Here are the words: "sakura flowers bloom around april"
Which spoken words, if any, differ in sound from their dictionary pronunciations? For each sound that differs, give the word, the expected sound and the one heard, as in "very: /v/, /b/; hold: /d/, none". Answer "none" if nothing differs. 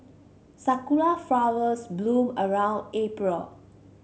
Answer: sakura: /ɹ/, /l/; flowers: /z/, /s/